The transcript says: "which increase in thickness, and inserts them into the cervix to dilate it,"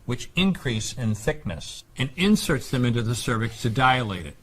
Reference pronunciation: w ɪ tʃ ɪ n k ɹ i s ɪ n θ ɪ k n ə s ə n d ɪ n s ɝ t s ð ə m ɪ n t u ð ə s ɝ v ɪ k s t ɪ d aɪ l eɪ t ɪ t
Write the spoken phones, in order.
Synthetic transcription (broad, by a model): w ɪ tʃ ɪ n k ɹ i s ɪ n θ ɪ k n ə s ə n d ɪ n s ɝ t s ð ə m ɪ n t u ð ə s ɝ v ɪ k s t ɪ d aɪ l eɪ t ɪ t